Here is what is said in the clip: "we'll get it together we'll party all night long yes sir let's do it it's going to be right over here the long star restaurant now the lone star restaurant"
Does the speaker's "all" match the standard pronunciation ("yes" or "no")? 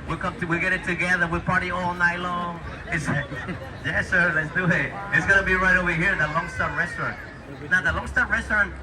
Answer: yes